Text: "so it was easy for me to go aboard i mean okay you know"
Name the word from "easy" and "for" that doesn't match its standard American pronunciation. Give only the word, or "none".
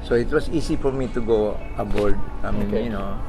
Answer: easy